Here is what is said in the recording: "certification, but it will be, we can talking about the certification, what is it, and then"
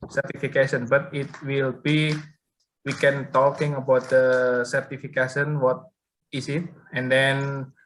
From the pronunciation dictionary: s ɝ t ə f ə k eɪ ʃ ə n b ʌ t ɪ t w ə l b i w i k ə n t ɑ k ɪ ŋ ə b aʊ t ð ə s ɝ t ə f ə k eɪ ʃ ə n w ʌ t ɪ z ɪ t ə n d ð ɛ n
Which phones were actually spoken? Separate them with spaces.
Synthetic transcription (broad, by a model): s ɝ t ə f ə k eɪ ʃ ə n b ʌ t ɪ t w ə l b i w i k ə n t ɑ k ɪ ŋ ə b aʊ t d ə s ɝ t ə f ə k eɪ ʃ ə n w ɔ t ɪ s ɪ t ə n d ɛ n